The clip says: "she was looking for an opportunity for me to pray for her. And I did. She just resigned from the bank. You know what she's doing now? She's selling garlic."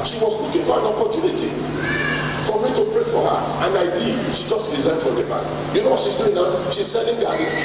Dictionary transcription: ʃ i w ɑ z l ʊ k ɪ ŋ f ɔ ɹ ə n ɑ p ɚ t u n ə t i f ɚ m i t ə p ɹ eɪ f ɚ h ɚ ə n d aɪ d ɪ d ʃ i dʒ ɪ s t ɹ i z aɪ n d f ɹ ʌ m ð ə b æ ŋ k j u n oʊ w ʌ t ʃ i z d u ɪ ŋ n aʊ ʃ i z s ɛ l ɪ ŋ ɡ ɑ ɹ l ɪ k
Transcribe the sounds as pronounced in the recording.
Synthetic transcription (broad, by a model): ʃ i w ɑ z w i k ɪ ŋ f ɔ ɹ ə n ɑ p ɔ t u n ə t i f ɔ m i t ə p ɹ eɪ f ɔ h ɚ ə n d aɪ d ɪ d ʃ i dʒ ɪ s t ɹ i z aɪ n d f ɹ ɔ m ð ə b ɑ k j u n oʊ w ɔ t ʃ i z d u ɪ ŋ n aʊ ʃ i z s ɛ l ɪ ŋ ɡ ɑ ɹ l